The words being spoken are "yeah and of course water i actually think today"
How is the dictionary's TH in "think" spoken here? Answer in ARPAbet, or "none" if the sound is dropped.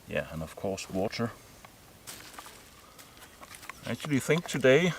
TH